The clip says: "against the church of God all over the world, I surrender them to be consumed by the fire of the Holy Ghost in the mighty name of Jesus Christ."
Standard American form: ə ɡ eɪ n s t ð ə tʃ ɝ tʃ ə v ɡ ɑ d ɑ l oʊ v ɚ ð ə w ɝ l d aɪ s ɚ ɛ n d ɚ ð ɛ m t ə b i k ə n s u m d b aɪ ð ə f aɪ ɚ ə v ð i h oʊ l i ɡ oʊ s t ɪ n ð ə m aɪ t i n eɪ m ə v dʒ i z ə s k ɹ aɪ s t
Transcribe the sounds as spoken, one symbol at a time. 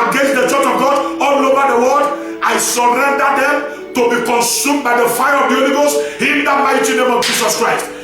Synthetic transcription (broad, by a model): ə ɡ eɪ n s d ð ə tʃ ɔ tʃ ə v ɡ ɑ d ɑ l oʊ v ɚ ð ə w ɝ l d aɪ s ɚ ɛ n d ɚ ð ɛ m t ə b i k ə n s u m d b aɪ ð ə f aɪ ɚ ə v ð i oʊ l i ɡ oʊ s ɪ n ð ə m aɪ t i n eɪ m ə v dʒ i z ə s k ɹ aɪ s t